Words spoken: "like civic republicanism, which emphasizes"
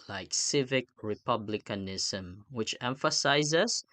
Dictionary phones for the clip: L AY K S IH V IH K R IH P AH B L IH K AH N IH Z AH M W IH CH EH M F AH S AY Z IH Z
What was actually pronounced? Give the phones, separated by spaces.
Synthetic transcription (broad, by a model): L AY K S IH V IH K R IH P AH B L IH K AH N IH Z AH M W IH CH EH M F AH S AY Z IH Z